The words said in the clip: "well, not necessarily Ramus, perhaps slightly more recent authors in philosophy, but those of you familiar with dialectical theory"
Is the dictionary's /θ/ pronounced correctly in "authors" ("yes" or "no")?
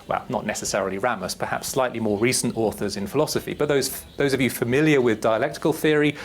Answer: yes